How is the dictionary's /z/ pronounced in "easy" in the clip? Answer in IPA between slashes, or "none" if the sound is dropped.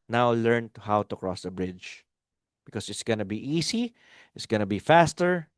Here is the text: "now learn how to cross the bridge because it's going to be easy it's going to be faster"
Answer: /s/